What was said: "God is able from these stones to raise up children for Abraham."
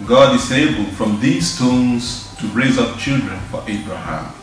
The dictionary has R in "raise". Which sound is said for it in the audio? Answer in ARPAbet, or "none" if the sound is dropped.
R